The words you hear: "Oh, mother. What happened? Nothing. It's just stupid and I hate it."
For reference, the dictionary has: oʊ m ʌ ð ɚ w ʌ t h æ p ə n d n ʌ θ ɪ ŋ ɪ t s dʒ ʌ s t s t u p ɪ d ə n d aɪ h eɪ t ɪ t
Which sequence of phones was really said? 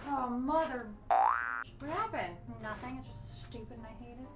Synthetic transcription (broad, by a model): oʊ m ʌ ð ɚ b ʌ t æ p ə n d n ʌ θ ɪ ŋ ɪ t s dʒ ʌ s t s t u p ɪ d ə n aɪ h eɪ t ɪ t